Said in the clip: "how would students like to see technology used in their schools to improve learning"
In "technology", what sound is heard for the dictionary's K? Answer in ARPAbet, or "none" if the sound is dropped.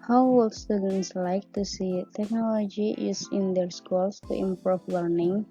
K